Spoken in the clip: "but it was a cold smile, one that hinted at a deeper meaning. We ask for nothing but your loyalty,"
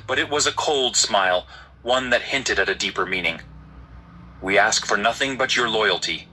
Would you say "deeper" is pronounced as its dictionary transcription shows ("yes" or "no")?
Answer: yes